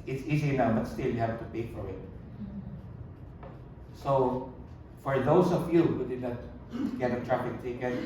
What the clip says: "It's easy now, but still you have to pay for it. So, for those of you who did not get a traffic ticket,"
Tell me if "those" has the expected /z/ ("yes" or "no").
no